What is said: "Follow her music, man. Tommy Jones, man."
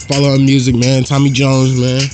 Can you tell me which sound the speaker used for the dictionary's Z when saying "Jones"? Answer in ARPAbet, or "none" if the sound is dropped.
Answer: Z